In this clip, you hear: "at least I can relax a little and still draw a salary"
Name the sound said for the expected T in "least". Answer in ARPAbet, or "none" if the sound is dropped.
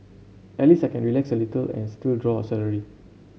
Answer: none